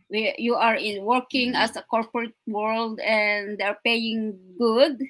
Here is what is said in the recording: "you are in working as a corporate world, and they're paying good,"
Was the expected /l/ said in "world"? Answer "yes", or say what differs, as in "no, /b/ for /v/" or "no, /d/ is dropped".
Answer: yes